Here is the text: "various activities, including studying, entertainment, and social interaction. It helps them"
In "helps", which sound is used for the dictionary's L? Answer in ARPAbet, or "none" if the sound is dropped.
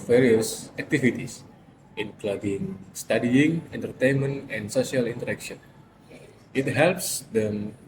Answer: L